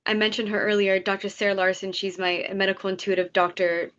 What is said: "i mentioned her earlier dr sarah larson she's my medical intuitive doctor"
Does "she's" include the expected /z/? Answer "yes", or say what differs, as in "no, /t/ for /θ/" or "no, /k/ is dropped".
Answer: yes